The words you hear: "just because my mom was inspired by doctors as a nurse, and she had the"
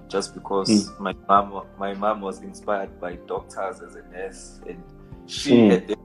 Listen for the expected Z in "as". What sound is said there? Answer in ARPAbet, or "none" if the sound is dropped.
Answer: Z